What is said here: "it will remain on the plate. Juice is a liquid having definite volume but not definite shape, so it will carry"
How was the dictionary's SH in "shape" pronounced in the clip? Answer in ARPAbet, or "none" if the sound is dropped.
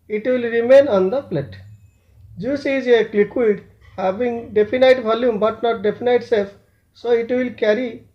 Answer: S